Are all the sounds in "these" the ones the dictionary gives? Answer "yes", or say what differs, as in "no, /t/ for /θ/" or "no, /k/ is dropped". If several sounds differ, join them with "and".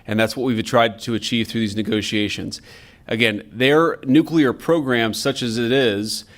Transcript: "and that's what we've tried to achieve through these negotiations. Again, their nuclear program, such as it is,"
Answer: yes